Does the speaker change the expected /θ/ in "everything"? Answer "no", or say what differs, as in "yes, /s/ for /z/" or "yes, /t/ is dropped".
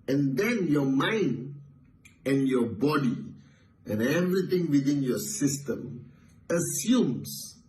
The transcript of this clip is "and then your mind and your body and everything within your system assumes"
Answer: yes, /t/ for /θ/